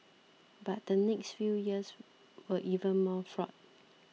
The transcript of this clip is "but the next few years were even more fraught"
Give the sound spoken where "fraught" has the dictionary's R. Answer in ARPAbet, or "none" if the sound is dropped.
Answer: R